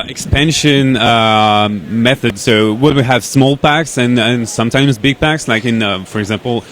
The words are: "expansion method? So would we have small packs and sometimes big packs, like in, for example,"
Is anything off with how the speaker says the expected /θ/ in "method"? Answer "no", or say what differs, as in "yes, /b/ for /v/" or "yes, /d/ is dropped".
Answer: no